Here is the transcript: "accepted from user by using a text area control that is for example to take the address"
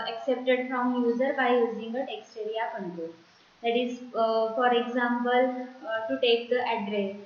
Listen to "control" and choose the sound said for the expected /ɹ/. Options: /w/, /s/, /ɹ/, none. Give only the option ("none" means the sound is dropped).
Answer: none